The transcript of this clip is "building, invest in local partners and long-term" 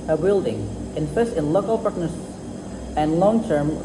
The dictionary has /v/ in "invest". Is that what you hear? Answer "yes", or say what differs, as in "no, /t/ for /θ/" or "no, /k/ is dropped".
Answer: no, /p/ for /v/